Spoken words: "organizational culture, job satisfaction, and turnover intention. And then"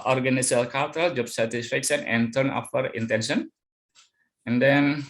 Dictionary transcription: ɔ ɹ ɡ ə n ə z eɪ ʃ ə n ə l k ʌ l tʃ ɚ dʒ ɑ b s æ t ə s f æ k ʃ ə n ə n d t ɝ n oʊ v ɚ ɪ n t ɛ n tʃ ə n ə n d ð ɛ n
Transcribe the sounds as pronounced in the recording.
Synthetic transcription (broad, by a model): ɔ ɹ ɡ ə n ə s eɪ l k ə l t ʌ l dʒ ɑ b s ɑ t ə s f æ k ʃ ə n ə n t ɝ n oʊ f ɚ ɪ n t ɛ n ʃ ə n ə n d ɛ n